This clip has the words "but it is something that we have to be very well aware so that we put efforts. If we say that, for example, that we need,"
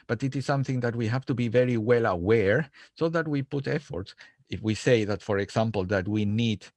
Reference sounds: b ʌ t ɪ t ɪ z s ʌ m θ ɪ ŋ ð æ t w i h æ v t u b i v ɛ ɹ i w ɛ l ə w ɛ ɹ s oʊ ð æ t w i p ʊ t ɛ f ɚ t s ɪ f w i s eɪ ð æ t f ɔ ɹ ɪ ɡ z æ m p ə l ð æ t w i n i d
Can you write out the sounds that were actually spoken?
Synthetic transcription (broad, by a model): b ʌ t ɪ t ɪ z s ʌ m θ ɪ ŋ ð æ t w i h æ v t u b i v ɛ ɹ i w ɛ l ə w ɛ ɹ s oʊ ð æ t w i p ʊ t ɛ f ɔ t s ɪ f w i s eɪ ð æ t f ɔ ɹ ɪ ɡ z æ m p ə l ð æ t w i n i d